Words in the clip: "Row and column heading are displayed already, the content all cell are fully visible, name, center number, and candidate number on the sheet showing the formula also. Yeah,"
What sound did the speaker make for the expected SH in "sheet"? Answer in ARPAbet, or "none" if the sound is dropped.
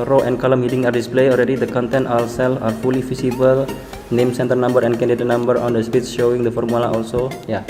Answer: S